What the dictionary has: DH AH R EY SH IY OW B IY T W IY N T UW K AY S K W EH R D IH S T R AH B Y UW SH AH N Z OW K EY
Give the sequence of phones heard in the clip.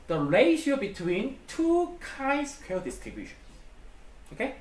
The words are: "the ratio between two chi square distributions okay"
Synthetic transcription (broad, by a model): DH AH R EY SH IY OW B IY T W IY N T UW K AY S K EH L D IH S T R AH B Y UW SH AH N S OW K EY